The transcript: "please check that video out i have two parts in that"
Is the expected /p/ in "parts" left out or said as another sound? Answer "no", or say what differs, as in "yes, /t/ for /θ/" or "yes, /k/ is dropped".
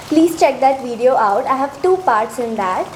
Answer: no